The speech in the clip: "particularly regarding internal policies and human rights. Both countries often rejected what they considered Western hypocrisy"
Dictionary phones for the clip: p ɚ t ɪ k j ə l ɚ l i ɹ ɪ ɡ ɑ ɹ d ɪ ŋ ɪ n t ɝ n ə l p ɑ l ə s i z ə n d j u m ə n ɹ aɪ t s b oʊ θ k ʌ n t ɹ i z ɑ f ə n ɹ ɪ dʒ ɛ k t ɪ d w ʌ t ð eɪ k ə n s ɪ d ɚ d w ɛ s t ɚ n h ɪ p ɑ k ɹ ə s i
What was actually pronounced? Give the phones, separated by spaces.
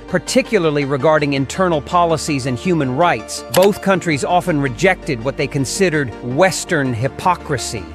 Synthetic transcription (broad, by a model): p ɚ t ɪ k j l ɚ l i ɹ ɪ ɡ ɑ ɹ d ɪ ŋ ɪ n t ɝ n l p ɑ l ə s i z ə n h j u m ə n ɹ aɪ t s b oʊ θ k ʌ n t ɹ i z ɑ f ə n ɹ ɪ dʒ ɛ k t ɪ d w ʌ t ð eɪ k ə n s ɪ d ɚ d w ɛ s t ɚ n h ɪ p ɑ k ɹ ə s i